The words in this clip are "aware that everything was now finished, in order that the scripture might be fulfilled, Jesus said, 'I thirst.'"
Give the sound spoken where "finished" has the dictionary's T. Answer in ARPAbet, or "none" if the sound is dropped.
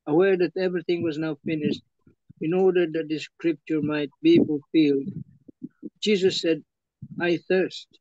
T